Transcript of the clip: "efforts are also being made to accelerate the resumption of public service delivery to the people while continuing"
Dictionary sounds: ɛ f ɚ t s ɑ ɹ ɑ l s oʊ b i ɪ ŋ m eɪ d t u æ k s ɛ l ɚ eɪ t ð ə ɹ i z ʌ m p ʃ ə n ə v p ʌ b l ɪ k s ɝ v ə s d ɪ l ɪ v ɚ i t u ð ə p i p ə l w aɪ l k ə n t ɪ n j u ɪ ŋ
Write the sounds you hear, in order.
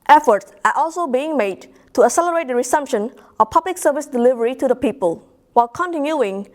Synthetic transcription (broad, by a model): ɛ f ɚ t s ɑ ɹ ɑ l s oʊ b i ɪ ŋ m eɪ d t u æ s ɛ l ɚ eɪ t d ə ɹ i s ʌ m p ʃ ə n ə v p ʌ b l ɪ k s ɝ v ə s d ɪ l ɪ v ɚ i t u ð ə p i p ə l w aɪ l k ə n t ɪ n j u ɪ ŋ